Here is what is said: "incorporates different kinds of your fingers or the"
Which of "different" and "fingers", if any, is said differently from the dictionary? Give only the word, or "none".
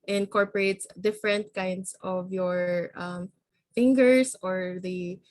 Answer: fingers